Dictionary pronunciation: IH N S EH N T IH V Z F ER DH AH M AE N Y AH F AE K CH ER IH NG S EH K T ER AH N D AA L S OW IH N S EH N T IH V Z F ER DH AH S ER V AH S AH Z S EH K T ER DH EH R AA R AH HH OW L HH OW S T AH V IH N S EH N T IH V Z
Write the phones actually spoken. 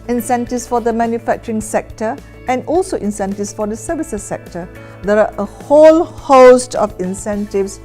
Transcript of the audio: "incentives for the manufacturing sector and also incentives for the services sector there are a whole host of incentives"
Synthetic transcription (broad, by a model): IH N S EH N T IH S F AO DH AH M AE N Y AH F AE K CH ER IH NG S EH K T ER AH N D AA L S OW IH N S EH N T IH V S F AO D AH S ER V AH S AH S EH K T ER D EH R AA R AH HH OW L HH OW S T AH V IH N S EH N T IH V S